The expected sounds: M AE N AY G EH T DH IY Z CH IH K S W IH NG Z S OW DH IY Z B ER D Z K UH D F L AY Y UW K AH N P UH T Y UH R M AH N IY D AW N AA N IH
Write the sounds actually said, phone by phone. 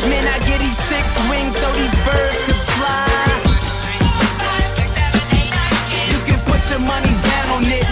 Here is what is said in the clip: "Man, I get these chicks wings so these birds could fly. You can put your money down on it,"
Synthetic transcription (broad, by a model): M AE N AY G EH T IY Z S IH K S W IH NG Z S OW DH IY Z B ER D Z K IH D F L AY Y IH K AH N P UH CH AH R M AH N IY D AW N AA N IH